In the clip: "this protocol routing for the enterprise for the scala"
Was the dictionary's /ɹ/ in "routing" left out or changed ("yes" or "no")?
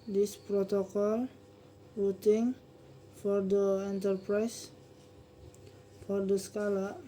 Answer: yes